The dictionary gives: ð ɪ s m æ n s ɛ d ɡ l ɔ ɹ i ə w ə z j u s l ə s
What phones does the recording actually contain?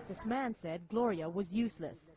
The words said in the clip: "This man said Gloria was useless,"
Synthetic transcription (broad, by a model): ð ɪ s m æ n s ɛ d ɡ l ɔ ɹ i ə w ə z j u s l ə s